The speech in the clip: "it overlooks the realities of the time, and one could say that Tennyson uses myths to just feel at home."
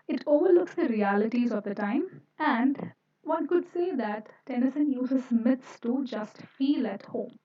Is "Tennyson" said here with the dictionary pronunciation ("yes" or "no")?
yes